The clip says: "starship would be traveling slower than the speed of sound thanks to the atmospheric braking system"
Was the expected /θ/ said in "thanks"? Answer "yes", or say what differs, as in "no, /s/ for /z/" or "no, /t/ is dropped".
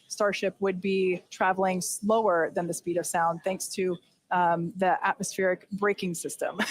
yes